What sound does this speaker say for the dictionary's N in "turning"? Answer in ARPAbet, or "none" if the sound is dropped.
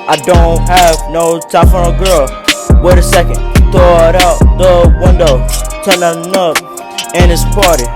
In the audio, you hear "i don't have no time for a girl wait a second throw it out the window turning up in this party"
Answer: L